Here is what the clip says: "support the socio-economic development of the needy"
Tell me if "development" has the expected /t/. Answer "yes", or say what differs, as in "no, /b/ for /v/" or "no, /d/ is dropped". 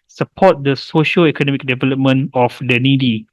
no, /t/ is dropped